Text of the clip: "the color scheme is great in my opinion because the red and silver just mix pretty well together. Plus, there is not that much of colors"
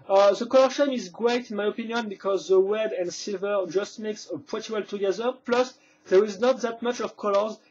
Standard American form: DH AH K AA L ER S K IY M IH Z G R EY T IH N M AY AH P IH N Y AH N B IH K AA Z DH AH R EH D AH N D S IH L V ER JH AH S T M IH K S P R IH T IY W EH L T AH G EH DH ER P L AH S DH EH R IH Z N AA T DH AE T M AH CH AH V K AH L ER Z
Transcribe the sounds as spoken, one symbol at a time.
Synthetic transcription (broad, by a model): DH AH K AA L ER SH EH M IH Z G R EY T IH N M AY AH P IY N Y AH N B IH K AA Z DH AH W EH D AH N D S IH L V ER JH AH S T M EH K S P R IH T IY W EH L T AH G EH DH ER P L AH S DH EH R IH Z N AA T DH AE T M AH CH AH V K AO L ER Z